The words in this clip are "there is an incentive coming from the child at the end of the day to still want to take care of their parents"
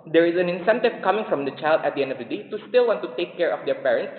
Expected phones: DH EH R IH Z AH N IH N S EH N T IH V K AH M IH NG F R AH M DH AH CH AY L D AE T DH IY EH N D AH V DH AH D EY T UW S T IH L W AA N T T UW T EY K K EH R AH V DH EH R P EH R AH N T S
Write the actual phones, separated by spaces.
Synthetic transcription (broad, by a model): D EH R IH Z AH N IH N S EH N T IH V K AH M IH NG F R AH M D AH CH AY L D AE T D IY EH N D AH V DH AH D EY T UW S T IH L W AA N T T UW T EY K K EH R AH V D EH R P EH R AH N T S